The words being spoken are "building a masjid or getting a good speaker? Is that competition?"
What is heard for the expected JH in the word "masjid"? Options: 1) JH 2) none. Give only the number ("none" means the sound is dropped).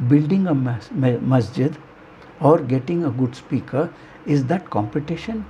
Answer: 1